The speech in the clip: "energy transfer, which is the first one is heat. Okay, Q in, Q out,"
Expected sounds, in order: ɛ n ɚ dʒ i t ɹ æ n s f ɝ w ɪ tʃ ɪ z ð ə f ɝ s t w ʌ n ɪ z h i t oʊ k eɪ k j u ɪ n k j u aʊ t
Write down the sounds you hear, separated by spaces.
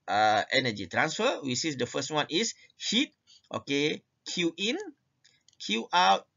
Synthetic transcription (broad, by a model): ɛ n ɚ dʒ i t ɹ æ n s f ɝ w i s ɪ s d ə f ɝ s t w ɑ n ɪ s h i t oʊ k eɪ k j u ɪ n k j u aʊ t